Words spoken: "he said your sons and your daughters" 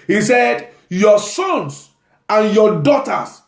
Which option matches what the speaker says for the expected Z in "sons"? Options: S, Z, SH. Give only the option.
S